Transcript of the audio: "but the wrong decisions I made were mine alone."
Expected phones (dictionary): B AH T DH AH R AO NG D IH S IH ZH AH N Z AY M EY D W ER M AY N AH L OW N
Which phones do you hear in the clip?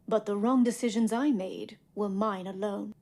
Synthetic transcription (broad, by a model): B AH T DH AH R AO NG D IH S IH ZH AH N Z AY M EY D W ER M AY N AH L OW N